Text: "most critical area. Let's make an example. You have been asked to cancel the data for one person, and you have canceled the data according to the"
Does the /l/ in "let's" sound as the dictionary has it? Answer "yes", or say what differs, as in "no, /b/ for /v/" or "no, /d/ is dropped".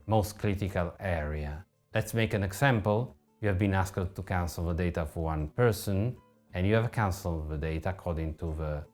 yes